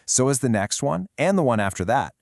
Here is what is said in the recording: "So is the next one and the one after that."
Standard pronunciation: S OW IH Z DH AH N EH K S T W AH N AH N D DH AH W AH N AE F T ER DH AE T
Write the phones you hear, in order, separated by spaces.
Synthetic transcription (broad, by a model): S OW IH Z DH AH N EH K S T W AH N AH N DH AH W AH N AE F T ER DH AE T